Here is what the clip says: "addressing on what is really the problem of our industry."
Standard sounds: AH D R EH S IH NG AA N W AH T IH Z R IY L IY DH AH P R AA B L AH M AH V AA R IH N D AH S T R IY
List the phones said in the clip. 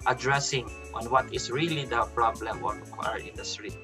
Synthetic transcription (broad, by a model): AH D R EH S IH NG AA N W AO T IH S R IY L IY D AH P R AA B L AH M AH W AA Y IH N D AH S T R IY